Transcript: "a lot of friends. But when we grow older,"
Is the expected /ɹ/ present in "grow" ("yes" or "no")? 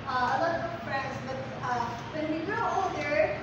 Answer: no